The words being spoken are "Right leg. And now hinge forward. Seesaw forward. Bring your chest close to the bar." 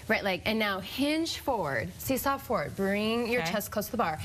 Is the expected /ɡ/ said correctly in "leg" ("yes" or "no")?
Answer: no